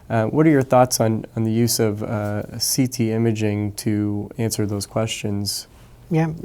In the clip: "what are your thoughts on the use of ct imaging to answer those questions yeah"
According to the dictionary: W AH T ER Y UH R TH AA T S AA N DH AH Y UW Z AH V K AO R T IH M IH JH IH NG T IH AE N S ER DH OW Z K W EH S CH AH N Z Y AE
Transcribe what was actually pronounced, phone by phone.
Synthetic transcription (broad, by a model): W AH T ER Y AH R TH AA T S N N DH AH Y UW Z AH V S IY T IH M IH JH IH NG T IH AE N S ER DH OW Z K W EH S CH AH N Z Y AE